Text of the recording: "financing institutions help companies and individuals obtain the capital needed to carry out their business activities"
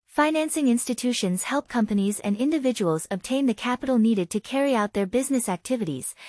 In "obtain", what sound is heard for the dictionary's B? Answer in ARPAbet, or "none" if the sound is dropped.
B